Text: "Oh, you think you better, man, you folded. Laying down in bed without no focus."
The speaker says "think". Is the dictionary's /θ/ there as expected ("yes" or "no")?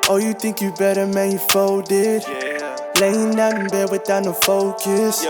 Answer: yes